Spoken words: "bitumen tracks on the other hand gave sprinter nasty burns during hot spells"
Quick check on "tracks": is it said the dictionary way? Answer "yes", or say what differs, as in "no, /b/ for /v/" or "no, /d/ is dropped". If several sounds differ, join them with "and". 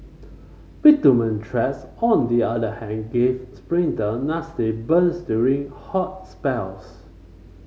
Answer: no, /k/ is dropped